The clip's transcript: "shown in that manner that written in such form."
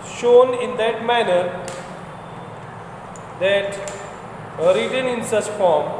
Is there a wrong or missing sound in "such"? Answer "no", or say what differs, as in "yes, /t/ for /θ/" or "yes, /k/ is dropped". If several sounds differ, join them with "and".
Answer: yes, /s/ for /tʃ/